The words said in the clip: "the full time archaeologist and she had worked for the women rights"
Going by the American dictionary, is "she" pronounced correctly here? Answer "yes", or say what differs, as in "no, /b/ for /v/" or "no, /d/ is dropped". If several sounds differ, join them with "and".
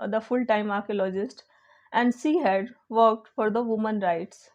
no, /s/ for /ʃ/